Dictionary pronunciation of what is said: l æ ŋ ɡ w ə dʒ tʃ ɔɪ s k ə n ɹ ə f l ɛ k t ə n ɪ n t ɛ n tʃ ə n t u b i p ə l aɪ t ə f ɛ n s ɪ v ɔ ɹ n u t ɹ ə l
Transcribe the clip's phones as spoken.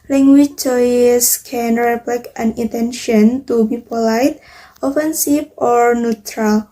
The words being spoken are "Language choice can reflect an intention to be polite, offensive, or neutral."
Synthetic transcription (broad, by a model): l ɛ ŋ ɡ w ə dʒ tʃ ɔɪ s k ə n ɹ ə p l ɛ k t ə n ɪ n t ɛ n ʃ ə n t u b i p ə l aɪ t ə f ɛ n s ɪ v ɔ ɹ n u t ɹ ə l